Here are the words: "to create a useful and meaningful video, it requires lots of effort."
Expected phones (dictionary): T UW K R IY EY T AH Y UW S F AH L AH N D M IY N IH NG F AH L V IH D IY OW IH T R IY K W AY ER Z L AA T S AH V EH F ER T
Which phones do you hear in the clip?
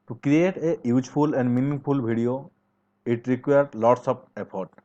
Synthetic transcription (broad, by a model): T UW K R IY EY T AH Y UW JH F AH L AH N D M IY N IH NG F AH L B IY D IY OW IH T R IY K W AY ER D L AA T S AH P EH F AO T